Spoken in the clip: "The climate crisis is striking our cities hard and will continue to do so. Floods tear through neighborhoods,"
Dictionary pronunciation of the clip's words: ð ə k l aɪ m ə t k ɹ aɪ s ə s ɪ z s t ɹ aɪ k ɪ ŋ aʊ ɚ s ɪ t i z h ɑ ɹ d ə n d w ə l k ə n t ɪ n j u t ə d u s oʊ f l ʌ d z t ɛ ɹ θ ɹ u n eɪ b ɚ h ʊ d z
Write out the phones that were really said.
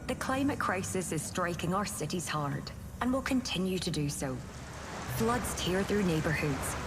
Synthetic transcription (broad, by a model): ð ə k l aɪ m ə t k ɹ aɪ s ə s ɪ z s t ɹ aɪ k ɪ ŋ aʊ ɚ s ɪ t i z h ɑ ɹ d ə n w ə l k ə n t ɪ n j u t ə d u s oʊ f l ʌ d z t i ɹ θ ɹ u n eɪ b ɚ h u d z